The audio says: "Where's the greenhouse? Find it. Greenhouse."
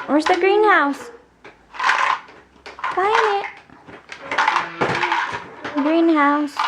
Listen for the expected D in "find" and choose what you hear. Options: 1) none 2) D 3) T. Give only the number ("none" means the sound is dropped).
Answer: 1